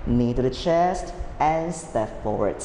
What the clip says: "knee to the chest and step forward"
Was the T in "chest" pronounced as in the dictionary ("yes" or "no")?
yes